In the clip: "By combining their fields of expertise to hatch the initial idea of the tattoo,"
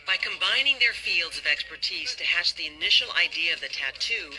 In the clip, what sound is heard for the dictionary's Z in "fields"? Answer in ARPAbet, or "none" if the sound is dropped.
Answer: Z